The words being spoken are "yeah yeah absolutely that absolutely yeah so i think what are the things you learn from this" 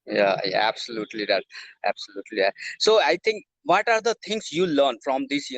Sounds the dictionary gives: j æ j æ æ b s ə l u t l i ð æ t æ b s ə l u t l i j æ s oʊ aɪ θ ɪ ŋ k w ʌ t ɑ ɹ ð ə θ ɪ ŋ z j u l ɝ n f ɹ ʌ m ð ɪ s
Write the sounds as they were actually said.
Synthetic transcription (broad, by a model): j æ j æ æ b s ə l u t l i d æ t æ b s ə l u t l i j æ s oʊ aɪ t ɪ ŋ k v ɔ t ɑ ɹ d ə t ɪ ŋ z j u l ɝ n f ɹ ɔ m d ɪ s